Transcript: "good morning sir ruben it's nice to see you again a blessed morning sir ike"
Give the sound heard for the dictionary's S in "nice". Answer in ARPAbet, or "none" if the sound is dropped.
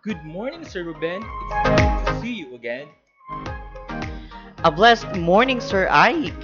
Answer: none